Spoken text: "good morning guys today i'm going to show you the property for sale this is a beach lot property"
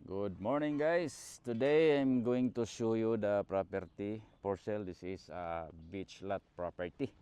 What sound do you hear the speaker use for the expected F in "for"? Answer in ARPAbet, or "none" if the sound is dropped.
P